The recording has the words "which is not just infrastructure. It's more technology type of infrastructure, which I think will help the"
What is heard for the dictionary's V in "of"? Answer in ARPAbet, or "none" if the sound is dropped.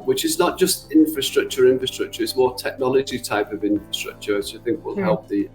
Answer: V